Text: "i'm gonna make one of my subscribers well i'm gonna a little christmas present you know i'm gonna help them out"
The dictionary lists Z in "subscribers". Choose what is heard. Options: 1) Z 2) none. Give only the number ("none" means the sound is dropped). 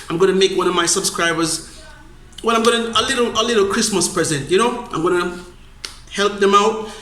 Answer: 1